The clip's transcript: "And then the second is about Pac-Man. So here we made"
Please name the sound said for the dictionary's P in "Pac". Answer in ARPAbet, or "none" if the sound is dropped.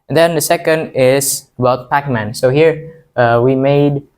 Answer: P